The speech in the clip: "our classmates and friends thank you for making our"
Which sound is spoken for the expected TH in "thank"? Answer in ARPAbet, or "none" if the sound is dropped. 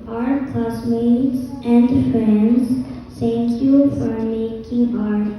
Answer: T